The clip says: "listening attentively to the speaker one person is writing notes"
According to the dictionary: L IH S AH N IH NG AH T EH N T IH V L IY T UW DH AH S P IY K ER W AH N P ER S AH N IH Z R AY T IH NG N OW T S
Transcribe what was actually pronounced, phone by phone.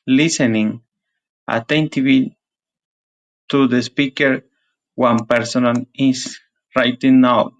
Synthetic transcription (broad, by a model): L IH S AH N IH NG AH T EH N T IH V IY T UW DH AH S P IY K ER W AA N P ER S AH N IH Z R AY T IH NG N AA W